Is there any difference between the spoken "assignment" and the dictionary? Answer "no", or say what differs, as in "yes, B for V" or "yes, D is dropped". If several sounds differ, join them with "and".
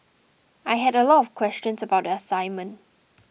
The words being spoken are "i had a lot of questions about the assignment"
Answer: no